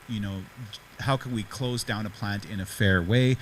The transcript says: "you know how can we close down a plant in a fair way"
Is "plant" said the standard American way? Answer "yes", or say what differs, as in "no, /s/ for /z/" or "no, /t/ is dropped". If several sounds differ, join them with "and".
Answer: yes